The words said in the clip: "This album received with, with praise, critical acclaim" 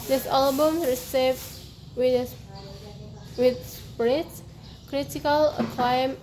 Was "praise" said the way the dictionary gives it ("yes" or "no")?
no